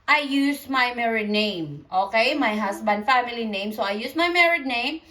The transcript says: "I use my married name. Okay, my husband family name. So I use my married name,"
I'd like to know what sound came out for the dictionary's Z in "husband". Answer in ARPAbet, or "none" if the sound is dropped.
S